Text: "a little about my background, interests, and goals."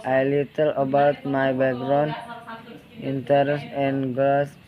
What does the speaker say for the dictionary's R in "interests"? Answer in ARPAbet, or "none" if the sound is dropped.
none